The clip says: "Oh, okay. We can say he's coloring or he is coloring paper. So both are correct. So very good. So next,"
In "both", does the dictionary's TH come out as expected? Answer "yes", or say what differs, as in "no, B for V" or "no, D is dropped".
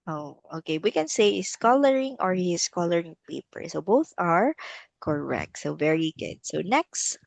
yes